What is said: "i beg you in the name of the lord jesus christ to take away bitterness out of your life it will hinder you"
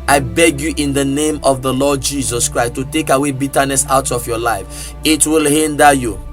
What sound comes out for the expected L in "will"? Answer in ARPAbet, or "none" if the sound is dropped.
L